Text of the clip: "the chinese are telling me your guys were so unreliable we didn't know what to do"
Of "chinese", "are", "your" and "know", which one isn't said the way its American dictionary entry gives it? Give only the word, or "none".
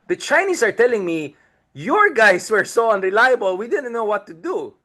chinese